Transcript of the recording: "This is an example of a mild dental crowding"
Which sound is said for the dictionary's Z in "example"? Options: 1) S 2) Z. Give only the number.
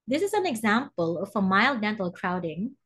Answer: 2